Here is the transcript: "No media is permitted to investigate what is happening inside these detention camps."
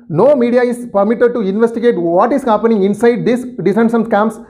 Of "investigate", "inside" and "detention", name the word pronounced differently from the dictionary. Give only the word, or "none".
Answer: detention